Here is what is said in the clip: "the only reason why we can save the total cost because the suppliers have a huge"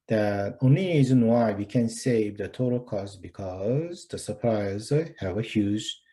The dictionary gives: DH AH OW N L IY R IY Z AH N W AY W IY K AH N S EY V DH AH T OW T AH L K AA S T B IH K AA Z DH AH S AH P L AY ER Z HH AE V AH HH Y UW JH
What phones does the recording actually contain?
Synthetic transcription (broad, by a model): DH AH OW N L IY R IY Z AH N W AY W IY K AH N S EY V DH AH T OW T AH L K AA S T B IH K AA Z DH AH S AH P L AY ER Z HH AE V AH HH Y UW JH